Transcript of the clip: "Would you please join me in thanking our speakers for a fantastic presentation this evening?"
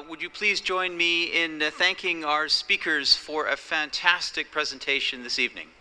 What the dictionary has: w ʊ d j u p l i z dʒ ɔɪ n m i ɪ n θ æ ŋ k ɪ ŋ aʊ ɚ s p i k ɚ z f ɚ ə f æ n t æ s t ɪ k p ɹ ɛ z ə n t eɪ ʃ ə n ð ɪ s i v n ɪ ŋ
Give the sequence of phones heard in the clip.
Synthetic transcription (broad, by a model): w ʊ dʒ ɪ p l i z dʒ ɔɪ n m i ɪ n θ æ ŋ k ɪ ŋ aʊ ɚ s p i k ɚ z f ɚ ə f æ n t æ s t ɪ k p ɹ ɛ z ə n t eɪ ʃ ə n ð ɪ s i v n ɪ ŋ